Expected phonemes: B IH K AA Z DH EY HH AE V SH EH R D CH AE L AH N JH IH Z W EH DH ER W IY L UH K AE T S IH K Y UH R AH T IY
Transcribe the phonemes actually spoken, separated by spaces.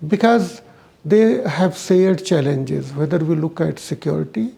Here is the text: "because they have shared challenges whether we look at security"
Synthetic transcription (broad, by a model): B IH K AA Z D EY HH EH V S EH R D CH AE L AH N JH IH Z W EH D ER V IY L UH K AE T S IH K Y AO R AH T IY